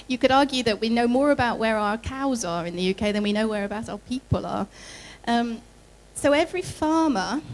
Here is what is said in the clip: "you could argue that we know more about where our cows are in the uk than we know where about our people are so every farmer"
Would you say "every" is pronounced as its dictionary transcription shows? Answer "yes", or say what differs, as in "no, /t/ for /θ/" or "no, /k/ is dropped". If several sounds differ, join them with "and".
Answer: yes